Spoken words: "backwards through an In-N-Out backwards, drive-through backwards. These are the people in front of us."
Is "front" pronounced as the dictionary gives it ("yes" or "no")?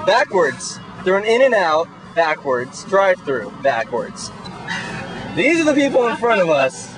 no